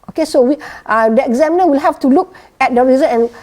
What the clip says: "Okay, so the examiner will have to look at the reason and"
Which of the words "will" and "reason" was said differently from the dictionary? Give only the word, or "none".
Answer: reason